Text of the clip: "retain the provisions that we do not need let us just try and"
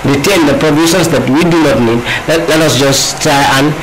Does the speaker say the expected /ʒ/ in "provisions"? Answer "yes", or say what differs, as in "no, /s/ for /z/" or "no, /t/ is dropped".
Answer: no, /s/ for /ʒ/